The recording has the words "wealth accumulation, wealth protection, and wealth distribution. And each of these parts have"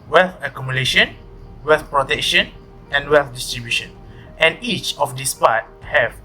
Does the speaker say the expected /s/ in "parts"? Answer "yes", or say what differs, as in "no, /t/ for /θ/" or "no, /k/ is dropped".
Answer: no, /s/ is dropped